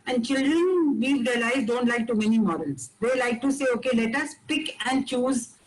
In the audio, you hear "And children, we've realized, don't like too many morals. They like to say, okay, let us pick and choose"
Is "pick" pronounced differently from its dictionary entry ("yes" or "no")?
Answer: no